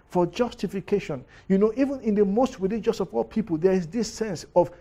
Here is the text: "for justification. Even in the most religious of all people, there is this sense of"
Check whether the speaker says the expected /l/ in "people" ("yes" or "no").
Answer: yes